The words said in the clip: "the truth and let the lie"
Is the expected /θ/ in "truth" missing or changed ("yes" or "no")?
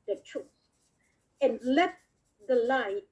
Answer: yes